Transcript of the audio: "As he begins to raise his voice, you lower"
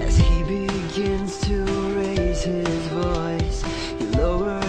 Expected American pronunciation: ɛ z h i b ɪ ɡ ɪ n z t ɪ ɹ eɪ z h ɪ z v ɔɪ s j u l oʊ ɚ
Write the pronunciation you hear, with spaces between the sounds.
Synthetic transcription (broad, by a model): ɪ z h i b ɪ ɡ ɪ n z t ɪ ɹ eɪ z h ɪ z v ɔɪ s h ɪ l oʊ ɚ